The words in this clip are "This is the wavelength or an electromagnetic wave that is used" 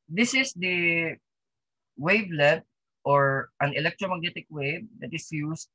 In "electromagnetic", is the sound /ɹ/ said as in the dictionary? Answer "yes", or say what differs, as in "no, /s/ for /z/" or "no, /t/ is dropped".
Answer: yes